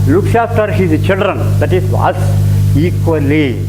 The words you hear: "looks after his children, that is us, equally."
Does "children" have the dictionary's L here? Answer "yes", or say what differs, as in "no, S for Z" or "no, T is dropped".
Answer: yes